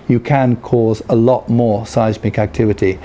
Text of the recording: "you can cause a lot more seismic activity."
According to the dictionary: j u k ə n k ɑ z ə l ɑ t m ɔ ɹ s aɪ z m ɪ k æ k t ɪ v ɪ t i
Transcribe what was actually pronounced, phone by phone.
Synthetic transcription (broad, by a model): j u k ə n k ɑ z ə l ɑ t m ɔ ɹ s aɪ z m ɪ k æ k t ɪ v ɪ t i